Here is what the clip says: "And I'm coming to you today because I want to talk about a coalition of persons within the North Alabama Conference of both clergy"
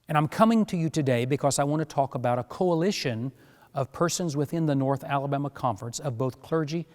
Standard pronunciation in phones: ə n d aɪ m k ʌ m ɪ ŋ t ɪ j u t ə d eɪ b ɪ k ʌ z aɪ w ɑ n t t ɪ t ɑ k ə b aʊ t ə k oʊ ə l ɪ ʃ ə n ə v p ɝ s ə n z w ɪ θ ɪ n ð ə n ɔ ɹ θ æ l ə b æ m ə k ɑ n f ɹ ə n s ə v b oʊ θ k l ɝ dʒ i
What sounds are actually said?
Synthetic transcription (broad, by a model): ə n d aɪ m k ʌ m ɪ ŋ t ɪ j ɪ t ə d eɪ b ɪ k ʌ z aɪ w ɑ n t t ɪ t ɑ k ə b aʊ t ə k oʊ ə l ɪ ʃ ə n ə v p ɝ s ə n z w ɪ θ ɪ n ð ə n ɔ ɹ θ æ l ə b æ m ə k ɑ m f ɹ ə n s ə v b oʊ θ k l ɝ dʒ i